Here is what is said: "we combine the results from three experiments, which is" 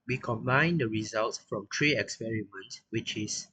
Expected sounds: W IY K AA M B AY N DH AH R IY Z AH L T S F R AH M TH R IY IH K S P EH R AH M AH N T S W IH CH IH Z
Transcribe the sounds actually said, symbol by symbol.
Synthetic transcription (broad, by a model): W IY K AA M B AY N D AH R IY Z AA L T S F R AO M T R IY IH K S P EH R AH M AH N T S W IH CH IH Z